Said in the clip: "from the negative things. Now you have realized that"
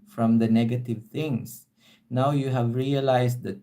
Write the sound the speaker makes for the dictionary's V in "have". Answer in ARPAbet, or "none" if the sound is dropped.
V